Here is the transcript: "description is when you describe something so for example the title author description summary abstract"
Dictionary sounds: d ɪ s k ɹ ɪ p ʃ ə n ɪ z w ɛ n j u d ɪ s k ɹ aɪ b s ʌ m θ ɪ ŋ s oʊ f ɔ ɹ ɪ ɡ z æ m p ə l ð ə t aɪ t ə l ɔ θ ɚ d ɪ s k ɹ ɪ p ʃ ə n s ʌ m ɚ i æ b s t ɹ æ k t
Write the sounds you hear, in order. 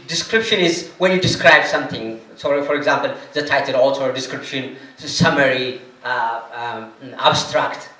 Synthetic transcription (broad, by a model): d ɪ s k ɹ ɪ p ʃ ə n ɪ z w ɛ n j u d ɪ s k ɹ aɪ b s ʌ m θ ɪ ŋ s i f ɔ ɹ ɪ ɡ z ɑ m p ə l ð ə t aɪ t ə l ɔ t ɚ d ɪ s k ɹ ɪ p ʃ ə n s ʌ m ɚ i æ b s t ɹ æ k t